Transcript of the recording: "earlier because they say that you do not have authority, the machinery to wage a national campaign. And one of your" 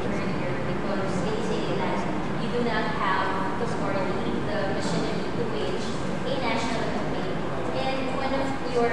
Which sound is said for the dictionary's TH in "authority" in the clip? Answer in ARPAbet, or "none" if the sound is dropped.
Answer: S